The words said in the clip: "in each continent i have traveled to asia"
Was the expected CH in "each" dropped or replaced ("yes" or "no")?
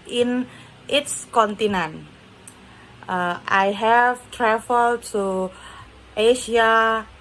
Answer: yes